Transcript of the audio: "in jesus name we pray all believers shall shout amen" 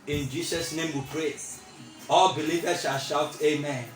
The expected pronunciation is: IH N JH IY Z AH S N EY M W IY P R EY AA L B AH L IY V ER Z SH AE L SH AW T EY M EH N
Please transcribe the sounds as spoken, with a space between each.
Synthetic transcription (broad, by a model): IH N JH IY S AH S N EY M W IY P R EY AA L B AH L IY V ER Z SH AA L SH AW T EY M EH N